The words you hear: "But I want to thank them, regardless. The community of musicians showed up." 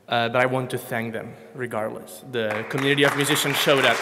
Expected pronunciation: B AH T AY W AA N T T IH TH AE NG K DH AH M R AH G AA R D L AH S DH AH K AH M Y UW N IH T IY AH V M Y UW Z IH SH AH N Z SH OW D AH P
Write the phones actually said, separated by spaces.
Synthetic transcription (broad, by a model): B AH T AY W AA N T T IH TH AE NG K DH AH M R AH G AA R D L AH S DH AH K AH M Y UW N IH T IY AH V M Y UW Z IH SH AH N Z SH OW D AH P